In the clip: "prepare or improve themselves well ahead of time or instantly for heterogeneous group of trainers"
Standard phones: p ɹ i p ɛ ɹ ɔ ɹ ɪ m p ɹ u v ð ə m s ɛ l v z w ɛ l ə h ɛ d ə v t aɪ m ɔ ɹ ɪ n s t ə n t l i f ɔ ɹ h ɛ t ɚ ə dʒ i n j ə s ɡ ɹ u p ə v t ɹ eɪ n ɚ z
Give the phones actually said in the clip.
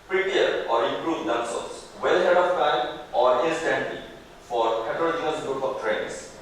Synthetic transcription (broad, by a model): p ɹ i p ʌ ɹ ɔ ɹ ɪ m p ɹ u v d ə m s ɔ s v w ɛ l h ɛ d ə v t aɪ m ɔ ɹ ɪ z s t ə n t i f ɔ ɹ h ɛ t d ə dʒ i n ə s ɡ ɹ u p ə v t ɹ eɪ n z